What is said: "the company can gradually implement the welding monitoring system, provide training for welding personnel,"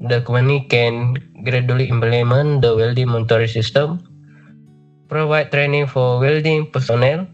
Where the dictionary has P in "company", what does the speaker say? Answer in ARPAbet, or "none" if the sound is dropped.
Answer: none